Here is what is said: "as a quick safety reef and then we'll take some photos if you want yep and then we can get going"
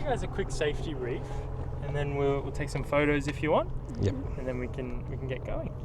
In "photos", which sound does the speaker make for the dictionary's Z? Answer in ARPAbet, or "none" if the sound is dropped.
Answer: Z